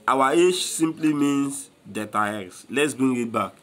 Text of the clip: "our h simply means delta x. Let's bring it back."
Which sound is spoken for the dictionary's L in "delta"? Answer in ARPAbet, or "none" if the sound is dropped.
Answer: none